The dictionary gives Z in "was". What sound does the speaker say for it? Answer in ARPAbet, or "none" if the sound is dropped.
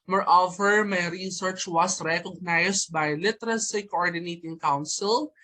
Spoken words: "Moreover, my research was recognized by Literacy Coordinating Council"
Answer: S